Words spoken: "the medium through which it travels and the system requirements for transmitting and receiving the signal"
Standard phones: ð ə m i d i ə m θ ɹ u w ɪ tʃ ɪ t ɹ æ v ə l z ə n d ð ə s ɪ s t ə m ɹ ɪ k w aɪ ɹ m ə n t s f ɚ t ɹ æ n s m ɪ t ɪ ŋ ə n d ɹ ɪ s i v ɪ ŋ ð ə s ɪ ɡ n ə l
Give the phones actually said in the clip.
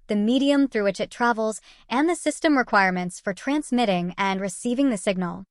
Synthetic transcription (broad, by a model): ð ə m i d i ə m θ ɹ u w ɪ tʃ ɪ t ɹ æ v l z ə n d ð ə s ɪ s t ə m ɹ ɪ k w aɪ ɹ m ə n t s f ɚ t ɹ æ n s m ɪ t ɪ ŋ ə n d ɹ ɪ s i v ɪ ŋ ð ə s ɪ ɡ n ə l